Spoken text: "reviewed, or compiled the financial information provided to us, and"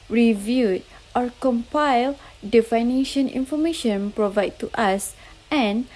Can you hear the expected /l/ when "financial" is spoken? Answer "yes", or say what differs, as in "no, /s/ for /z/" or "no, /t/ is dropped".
no, /n/ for /l/